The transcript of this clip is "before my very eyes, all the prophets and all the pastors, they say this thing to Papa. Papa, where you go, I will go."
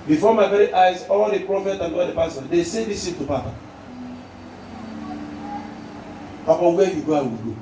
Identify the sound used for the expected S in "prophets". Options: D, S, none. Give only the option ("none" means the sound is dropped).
none